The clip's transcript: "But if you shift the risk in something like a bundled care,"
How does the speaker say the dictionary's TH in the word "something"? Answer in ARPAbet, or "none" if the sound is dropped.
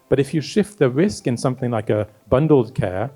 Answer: TH